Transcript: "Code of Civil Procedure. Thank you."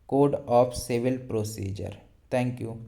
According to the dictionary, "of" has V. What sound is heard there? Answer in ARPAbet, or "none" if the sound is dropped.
P